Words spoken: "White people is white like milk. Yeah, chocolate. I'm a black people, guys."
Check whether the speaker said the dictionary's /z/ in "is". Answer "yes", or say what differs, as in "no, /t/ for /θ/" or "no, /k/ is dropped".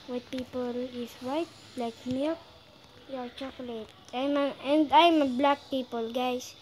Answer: no, /s/ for /z/